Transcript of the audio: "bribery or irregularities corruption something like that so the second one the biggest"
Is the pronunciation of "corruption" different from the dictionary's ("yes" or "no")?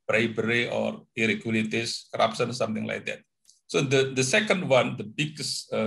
yes